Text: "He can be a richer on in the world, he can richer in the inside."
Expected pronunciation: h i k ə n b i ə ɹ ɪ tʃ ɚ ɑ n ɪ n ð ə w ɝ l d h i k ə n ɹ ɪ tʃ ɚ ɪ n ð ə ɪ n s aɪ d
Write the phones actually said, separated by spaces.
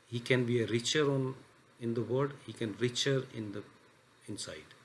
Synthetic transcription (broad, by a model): h i k ə n b i ə ɹ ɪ tʃ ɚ ɑ n ɪ n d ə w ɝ d h i k ə n ɹ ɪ tʃ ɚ ɪ n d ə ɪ n s aɪ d